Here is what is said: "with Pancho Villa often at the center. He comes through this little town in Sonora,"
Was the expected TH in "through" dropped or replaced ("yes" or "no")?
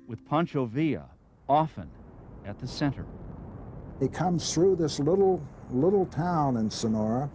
no